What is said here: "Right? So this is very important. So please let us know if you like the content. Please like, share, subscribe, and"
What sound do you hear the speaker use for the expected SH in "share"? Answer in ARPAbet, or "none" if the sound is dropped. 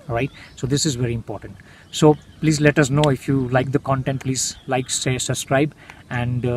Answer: S